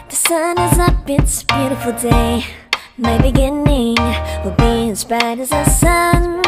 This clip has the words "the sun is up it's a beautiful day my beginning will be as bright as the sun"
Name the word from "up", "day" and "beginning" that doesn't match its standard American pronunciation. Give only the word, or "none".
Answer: up